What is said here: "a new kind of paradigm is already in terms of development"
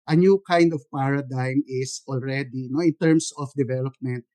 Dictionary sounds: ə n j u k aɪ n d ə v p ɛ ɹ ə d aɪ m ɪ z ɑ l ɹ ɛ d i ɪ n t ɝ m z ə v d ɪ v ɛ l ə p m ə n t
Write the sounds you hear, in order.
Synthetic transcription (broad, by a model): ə n j u k aɪ n d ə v p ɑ ɹ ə d aɪ m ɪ s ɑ l ɹ ɛ d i ɪ n t ɝ m s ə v d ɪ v ɛ l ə p m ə n t